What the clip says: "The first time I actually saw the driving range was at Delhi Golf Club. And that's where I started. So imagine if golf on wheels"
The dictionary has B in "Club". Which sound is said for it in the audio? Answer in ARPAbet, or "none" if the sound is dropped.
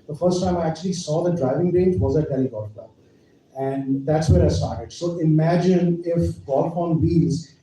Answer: none